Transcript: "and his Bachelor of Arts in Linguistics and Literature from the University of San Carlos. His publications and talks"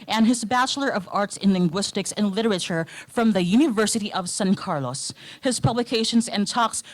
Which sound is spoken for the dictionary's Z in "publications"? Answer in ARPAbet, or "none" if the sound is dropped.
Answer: Z